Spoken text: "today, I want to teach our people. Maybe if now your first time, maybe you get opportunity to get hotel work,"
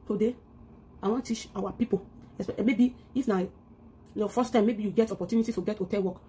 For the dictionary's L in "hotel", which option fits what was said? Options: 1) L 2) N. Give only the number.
2